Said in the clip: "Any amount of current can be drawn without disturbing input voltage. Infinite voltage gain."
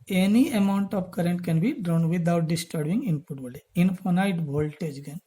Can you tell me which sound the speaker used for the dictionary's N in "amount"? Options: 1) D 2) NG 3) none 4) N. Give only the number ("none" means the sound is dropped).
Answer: 4